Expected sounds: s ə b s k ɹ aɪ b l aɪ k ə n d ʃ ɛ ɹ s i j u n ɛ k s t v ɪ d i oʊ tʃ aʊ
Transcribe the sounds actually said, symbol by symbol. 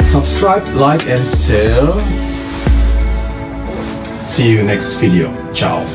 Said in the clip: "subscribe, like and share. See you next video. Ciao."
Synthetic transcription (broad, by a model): s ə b s k ɹ aɪ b l aɪ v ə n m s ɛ l s i j u n ɛ k s t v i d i oʊ tʃ aʊ